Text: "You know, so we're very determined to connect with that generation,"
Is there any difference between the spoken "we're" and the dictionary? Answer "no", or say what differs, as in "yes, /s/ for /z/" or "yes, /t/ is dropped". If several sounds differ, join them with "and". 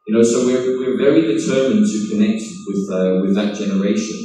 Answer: yes, /w/ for /ɹ/